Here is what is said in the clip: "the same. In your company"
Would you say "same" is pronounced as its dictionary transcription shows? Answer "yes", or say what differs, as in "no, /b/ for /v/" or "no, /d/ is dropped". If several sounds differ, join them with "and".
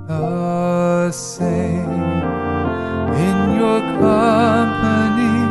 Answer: no, /m/ is dropped